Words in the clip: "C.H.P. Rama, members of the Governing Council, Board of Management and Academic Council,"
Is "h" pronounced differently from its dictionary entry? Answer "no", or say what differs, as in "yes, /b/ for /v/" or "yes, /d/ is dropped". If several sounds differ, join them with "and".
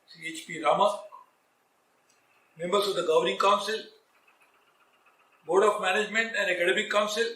no